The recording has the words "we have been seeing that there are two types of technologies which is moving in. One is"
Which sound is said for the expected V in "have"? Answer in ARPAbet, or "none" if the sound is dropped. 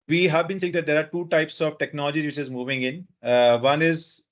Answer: V